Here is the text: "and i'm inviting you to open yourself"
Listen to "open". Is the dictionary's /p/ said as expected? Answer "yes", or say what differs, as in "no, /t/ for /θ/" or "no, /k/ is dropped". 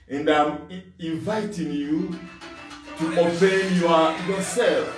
no, /b/ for /p/